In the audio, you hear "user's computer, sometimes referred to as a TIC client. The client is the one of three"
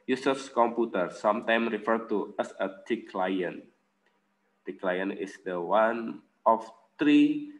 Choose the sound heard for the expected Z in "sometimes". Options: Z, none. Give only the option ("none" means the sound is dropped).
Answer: none